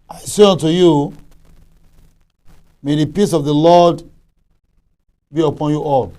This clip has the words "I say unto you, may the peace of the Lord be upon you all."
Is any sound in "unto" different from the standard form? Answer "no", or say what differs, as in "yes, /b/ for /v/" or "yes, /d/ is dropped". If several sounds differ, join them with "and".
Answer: no